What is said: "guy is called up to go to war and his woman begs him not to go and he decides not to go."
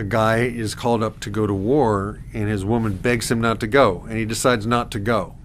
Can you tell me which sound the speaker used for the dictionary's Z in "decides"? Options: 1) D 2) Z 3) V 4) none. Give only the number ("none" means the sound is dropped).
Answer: 2